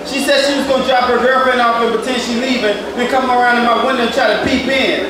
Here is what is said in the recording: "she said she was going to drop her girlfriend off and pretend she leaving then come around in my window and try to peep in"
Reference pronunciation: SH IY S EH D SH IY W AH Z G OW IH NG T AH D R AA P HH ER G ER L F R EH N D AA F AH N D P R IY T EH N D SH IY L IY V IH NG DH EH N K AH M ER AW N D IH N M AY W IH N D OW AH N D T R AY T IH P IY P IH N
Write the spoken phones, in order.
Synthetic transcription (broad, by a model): SH IY S EH D SH IY W AH Z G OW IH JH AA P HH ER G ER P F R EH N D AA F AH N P IY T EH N SH IY L IY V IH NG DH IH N K AH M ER AW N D IH N M AY W IH N D OW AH N T R AY T IH P IY P IH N